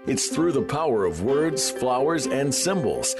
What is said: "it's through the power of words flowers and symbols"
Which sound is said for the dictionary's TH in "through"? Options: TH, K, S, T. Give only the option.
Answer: TH